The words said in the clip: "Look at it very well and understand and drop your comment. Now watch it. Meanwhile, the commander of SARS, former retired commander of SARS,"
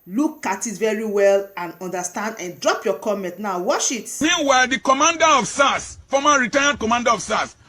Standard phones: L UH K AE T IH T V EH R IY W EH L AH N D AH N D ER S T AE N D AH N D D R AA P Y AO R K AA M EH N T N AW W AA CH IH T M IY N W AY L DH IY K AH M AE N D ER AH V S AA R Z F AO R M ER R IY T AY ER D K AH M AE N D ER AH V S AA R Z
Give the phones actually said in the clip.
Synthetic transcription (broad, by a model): L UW K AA T IH T V EH R IY W EH L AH N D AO N D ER S T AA N D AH N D D R AA P Y AO K AA M EH N T N AW W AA SH IH T M IY N W AY L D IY K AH M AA N D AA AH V S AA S F AO M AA R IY T AY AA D K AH M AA N D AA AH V S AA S